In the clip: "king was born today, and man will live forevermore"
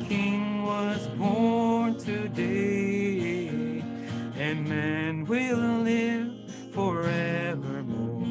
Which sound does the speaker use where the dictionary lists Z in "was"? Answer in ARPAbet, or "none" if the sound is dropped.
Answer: Z